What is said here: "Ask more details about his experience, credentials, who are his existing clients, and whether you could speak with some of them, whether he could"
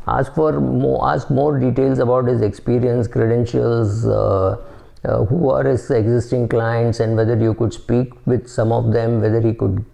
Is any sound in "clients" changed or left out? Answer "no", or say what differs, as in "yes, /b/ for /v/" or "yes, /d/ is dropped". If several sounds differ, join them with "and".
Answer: no